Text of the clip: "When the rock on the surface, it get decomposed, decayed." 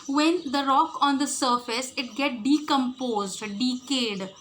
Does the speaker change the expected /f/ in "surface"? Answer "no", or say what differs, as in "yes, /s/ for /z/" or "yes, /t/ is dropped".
no